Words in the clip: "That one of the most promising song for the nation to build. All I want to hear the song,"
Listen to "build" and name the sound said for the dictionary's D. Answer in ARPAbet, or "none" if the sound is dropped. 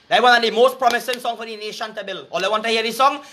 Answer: none